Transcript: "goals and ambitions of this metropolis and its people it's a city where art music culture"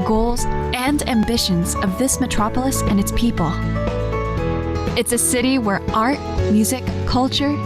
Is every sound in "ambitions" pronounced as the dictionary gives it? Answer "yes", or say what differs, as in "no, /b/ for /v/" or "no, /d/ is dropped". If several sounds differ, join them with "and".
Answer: yes